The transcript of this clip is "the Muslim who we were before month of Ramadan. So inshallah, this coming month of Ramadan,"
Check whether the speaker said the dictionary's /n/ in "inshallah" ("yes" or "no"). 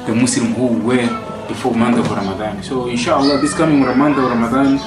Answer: yes